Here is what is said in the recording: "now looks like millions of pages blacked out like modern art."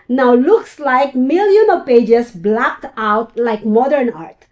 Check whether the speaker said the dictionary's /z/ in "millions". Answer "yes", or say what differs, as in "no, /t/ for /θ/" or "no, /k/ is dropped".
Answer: no, /z/ is dropped